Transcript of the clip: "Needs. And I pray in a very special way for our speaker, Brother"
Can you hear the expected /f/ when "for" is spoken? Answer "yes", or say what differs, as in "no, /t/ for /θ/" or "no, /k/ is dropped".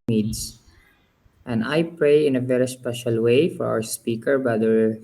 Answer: yes